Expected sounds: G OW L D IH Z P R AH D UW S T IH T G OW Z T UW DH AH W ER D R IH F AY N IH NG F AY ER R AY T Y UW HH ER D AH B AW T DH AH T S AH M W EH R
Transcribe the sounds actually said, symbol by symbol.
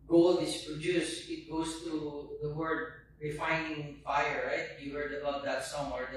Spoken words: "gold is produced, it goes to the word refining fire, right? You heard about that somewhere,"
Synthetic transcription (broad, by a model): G OW L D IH S P R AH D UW S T IH T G OW S T UW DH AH W ER D R IH F AY N IH NG F AY ER R AY T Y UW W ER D AH B AW T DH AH T S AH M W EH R